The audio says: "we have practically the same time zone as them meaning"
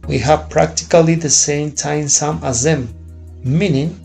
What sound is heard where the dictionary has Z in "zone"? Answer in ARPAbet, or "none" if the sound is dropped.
S